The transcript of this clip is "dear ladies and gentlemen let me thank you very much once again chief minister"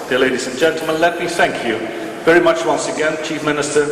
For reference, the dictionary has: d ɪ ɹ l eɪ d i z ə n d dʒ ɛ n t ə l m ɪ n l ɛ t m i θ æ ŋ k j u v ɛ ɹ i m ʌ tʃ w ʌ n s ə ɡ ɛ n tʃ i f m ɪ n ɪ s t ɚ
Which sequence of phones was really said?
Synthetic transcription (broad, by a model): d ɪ l eɪ d i z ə n dʒ ɛ n t l m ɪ n l ɛ t m i θ æ ŋ k j u v ɛ ɹ i m ʌ tʃ w ʌ n s ə ɡ ɛ n tʃ i f m ɪ n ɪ s t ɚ